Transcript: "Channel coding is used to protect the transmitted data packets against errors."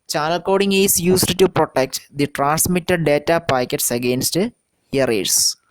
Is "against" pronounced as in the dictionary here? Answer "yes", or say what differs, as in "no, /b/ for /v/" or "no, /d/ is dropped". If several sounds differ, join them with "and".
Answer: yes